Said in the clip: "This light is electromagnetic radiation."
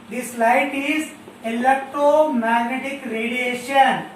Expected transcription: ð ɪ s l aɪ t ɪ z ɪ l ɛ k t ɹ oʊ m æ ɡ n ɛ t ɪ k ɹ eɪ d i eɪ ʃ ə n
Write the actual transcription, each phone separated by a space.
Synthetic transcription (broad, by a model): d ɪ s l aɪ t ɪ z ɪ l ɛ k t ɹ oʊ m æ ɡ n ɛ t ɪ k ɹ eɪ d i eɪ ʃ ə n